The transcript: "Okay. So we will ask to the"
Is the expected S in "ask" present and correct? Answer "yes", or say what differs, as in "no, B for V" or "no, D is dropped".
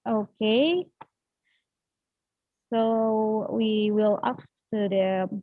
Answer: no, S is dropped